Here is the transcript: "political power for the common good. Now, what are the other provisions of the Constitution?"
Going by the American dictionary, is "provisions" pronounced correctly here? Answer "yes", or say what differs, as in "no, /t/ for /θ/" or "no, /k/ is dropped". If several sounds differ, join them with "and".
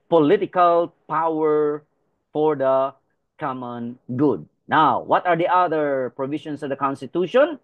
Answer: no, /ʃ/ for /ʒ/ and /s/ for /z/